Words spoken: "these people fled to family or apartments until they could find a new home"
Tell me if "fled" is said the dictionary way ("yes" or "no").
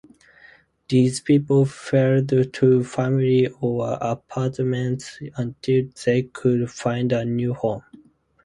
no